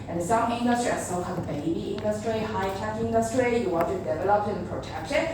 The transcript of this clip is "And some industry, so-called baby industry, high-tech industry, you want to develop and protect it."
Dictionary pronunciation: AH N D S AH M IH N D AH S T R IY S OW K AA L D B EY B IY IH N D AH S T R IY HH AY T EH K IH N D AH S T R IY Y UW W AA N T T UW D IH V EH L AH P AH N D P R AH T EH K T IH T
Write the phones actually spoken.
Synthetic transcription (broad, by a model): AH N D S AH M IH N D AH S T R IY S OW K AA D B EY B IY IH N D AH S T R IY HH AY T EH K IH N D AH S T R IY Y UW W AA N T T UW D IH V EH L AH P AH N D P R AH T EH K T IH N